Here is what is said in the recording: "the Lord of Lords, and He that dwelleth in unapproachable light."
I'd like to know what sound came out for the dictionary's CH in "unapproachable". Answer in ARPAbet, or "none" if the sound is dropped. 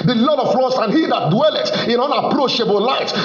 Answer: SH